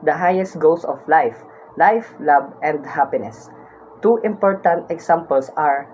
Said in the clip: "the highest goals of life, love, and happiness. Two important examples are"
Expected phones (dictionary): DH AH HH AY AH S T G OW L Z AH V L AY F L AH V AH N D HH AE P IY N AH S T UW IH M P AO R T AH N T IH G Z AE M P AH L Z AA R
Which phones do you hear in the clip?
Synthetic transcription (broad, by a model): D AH HH AY AH S T G OW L S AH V L AY F L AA B AH N D HH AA P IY N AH S T UW IH M P AO R T AH N T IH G S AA M P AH L S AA R